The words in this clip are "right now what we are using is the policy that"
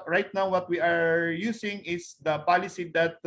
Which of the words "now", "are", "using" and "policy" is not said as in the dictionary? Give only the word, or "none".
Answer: using